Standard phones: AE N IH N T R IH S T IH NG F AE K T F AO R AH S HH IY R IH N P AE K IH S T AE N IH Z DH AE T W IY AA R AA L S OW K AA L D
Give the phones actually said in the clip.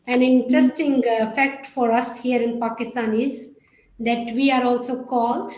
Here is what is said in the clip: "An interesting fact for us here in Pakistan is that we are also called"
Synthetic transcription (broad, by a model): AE N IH N T R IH S T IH NG F AE K T F AO R AH S HH IY R IH N P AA K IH S T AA N IH Z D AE T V IY AA R AA L S OW K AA L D